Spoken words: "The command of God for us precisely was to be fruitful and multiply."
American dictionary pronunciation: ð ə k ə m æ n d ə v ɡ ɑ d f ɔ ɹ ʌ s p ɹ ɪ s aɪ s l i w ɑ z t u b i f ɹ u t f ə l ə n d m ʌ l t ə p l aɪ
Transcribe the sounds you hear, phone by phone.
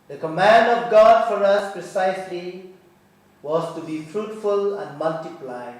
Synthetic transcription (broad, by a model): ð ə k ə m æ n d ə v ɡ ɑ d f ɔ ɹ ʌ s p ɹ ɪ s aɪ s l i w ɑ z t u b i f ɹ u t f ə l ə n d m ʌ l t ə p l aɪ